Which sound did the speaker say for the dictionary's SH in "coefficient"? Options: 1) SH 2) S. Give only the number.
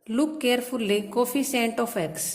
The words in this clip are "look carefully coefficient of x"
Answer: 2